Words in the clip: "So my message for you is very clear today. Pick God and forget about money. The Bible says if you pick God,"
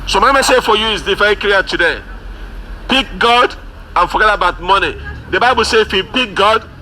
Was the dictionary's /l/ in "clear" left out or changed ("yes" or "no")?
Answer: yes